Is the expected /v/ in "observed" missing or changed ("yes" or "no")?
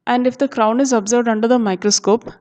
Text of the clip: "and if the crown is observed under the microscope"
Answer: no